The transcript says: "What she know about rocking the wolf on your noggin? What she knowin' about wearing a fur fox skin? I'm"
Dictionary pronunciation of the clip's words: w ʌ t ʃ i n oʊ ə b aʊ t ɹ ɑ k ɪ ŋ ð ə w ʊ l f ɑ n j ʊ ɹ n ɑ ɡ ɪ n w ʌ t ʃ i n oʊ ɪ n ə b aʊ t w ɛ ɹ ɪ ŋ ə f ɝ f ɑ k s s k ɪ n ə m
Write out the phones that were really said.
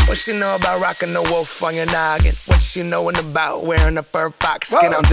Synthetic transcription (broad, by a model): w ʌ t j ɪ n oʊ ə b aʊ t ɹ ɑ k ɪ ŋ ð ə w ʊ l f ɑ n j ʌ ɹ n ɑ ɡ ɪ n w ʌ t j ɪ n oʊ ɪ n ə b aʊ t w ɛ ɹ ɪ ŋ ə p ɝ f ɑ k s s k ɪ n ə